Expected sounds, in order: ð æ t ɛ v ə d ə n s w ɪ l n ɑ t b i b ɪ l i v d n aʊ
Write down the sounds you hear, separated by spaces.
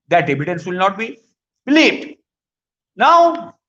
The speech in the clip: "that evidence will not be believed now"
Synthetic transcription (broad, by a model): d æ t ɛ b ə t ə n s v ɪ l n ɑ t b i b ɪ l i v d n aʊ